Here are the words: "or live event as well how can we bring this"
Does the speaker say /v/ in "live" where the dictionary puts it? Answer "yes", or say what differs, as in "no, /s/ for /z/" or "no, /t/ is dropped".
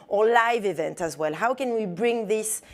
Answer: yes